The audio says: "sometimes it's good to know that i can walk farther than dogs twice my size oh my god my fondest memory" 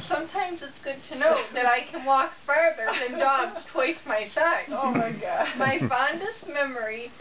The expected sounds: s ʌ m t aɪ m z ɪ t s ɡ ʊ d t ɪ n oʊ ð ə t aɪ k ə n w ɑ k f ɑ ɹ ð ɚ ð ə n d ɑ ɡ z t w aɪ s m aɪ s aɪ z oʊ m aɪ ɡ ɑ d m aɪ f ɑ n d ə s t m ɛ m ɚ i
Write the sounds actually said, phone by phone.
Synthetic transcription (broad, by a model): s ʌ m t aɪ m z ɪ t s ɡ ʊ d t ɪ n oʊ ð ə t aɪ k ə n w ɑ k f ɑ ɹ ð ɚ ð ə n d ɑ ɡ z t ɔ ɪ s m aɪ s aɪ oʊ m aɪ ɡ ɑ d m aɪ f ɑ n d ə s t m ɛ m ɚ i